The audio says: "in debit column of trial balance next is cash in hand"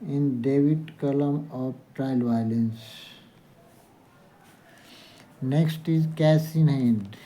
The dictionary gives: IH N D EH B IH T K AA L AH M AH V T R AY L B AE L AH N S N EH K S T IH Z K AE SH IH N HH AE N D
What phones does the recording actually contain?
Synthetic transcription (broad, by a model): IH N D EH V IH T K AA L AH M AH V T R AY L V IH L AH N S N EH K S T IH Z K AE S IH N HH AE N D